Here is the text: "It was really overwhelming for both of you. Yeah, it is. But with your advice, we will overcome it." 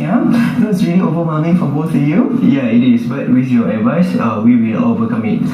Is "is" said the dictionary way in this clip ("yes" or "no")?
no